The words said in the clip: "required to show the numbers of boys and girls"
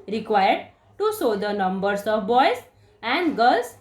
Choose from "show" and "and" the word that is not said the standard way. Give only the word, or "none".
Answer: show